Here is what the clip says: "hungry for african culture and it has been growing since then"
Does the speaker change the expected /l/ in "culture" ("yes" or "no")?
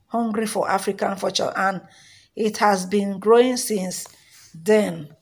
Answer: yes